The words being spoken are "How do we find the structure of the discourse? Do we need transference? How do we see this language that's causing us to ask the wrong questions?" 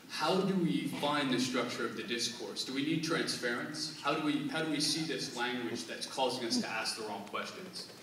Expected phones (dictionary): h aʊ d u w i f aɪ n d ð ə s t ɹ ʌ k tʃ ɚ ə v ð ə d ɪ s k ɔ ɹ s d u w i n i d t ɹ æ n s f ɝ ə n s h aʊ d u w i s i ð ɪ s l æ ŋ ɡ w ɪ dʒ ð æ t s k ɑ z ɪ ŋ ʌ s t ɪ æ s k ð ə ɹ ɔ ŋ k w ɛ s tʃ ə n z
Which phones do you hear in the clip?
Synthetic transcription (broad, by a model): h aʊ d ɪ w i f aɪ n ð ə s t ɹ ʌ k tʃ ɚ ə v ð ə d ɪ s k ɔ ɹ s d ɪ w i n i d t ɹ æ n s p ɝ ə n s h aʊ d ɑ w i s i ð ɪ s l æ ŋ ɡ w ɪ dʒ ð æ t s k ɑ z ɪ ŋ ʌ s t ɪ æ s k ð ə ɹ ɔ ŋ k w ɛ s tʃ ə n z